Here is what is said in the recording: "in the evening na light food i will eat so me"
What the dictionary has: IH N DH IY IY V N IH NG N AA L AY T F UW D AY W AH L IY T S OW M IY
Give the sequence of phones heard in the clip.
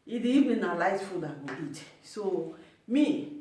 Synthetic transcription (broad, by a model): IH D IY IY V IH N AA L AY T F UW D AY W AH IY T S OW M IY